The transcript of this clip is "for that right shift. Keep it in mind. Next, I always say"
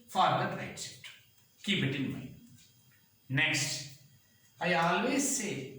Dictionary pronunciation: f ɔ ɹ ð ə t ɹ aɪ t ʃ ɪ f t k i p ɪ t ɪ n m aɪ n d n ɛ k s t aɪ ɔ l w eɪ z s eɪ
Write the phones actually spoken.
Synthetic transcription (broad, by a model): f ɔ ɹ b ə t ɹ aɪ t s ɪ t k i p ɪ t ɪ n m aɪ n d n ɛ k s t aɪ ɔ l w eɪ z s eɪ